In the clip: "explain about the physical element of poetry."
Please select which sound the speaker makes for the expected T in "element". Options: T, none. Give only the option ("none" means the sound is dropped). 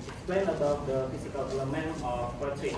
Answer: none